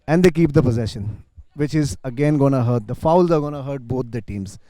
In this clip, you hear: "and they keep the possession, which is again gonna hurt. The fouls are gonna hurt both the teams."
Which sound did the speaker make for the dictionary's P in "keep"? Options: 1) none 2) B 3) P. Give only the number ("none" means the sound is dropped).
3